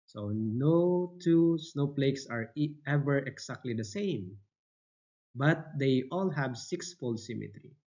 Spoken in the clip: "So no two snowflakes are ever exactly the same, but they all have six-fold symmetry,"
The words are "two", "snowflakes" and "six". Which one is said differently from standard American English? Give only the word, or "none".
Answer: snowflakes